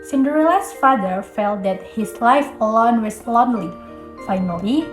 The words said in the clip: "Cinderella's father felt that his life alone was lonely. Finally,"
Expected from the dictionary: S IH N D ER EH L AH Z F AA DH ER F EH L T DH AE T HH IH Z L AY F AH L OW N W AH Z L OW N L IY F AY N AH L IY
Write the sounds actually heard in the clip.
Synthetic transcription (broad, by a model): S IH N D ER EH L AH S F AA DH ER F EH L T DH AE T HH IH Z L AY F AH L OW N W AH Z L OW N L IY F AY N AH L IY